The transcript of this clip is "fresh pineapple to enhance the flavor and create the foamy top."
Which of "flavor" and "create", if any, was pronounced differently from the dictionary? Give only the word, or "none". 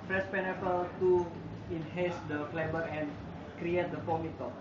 flavor